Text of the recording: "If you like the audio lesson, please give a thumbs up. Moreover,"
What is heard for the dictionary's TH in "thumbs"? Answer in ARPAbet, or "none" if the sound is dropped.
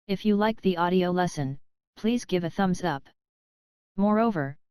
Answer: TH